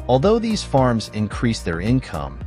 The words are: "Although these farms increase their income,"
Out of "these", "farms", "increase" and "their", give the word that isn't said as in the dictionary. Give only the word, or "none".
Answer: none